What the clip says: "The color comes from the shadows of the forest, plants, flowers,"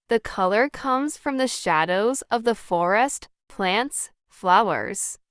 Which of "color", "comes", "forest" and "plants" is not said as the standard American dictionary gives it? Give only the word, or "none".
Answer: none